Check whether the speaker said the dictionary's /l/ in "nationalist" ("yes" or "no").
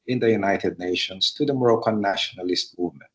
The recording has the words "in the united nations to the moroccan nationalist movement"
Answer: yes